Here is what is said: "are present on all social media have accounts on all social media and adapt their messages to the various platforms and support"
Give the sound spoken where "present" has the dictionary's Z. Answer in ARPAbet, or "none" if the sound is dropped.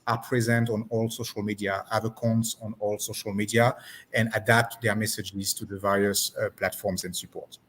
Z